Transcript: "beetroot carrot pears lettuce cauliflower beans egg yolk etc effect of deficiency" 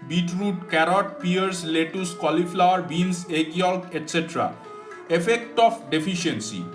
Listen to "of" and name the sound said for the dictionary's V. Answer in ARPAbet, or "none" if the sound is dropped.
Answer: P